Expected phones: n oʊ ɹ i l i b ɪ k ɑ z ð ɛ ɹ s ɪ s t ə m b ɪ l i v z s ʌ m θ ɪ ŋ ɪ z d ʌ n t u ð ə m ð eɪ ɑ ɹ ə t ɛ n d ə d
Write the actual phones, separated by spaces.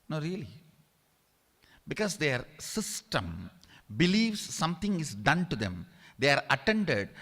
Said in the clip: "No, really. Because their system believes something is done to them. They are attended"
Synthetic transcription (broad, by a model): n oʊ ɹ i l i b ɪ k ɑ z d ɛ ɹ s ɪ s t ə m b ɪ l i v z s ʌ m t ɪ ŋ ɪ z d ʌ n t u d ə m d eɪ ɑ ɹ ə t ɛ n d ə d